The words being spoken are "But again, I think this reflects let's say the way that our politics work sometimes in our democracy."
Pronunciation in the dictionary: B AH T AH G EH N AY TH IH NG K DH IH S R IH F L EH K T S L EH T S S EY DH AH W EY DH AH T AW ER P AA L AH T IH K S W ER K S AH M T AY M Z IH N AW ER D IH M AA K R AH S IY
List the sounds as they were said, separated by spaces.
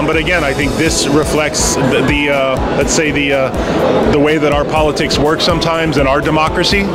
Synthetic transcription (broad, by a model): B AH T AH G EH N AY TH IH NG K DH IH S R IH F L EH K T S L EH T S S EY DH AH W EY DH AH T AW ER P AA L AH T IH K S W ER K S AH M T AY M Z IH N AW ER D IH M AA K R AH S IY